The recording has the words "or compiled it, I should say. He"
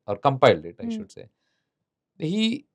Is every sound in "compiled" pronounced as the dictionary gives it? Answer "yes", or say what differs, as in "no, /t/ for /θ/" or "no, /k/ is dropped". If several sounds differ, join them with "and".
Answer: yes